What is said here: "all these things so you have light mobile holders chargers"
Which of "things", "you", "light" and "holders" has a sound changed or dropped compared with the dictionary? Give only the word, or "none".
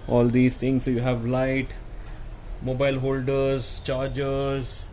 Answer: things